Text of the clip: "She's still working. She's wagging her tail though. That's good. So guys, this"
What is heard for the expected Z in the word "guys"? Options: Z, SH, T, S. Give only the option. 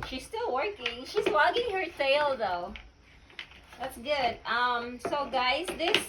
Z